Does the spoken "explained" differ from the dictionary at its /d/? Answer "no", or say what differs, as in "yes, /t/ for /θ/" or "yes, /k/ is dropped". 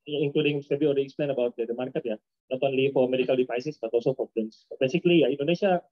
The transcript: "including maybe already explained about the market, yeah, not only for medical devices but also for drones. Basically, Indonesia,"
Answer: yes, /d/ is dropped